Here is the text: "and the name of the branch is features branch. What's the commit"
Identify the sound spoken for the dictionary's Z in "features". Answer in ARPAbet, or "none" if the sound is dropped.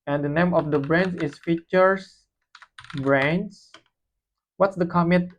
S